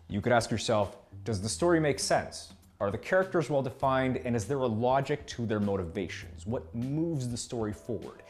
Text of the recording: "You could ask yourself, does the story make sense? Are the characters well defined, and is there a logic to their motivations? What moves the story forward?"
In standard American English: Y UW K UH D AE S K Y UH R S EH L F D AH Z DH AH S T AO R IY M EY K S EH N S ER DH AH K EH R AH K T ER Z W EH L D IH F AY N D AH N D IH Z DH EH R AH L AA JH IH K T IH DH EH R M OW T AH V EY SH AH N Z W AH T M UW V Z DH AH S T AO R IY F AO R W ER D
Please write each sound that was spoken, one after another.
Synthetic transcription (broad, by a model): Y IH K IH D AE S K Y UH R S EH L F D AH Z DH AH S T AO R IY M EY K S EH N S ER DH AH K EH R AH K T ER Z W EH L D IH F AY N D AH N IH Z DH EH R AH L AA JH IH K T IH DH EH R M OW T AH V EY SH AH N Z W AH T M UW V Z DH AH S T AO R IY F AO R W ER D